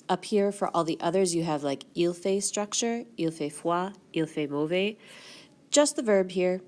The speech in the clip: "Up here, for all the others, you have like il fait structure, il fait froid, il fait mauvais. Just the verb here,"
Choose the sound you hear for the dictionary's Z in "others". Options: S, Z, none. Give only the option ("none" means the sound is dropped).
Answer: Z